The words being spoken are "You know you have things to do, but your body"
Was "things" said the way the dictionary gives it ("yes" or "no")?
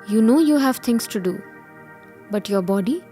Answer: no